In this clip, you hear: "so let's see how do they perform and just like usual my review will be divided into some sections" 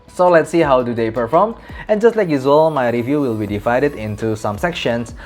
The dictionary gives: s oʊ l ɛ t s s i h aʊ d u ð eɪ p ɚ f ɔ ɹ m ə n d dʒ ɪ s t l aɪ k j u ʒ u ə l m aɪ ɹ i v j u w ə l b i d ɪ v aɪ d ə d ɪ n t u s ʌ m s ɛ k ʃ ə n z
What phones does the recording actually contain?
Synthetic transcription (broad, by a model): s oʊ l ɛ t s s i h aʊ d u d eɪ p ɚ f ɔ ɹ m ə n dʒ ɪ s t l aɪ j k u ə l m aɪ ɹ i v j u w ə l b i d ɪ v aɪ d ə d ɪ n t u s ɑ m s ɛ k ʃ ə n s